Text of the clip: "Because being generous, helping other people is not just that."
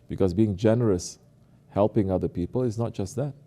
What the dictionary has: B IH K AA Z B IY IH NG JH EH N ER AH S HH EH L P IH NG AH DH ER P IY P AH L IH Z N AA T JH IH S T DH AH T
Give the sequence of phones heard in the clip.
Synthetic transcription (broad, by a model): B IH K AA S B IY IH NG JH EH N ER AH S HH EH L P IH NG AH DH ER P IY P AH L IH S N AA T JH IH S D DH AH T